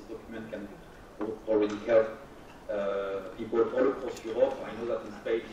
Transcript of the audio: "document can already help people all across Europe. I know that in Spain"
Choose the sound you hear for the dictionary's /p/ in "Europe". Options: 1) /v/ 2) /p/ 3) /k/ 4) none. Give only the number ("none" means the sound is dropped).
4